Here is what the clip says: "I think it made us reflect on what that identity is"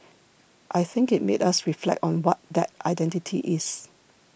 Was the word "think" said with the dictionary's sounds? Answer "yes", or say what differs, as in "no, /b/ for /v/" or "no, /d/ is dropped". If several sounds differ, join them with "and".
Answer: yes